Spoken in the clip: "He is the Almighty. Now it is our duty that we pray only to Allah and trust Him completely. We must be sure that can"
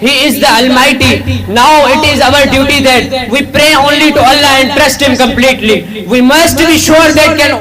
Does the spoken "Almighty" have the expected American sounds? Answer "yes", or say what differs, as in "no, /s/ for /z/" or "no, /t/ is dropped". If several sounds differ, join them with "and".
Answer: yes